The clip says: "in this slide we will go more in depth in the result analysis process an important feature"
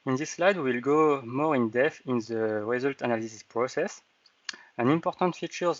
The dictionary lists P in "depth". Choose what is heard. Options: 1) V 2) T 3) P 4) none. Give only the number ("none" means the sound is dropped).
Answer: 4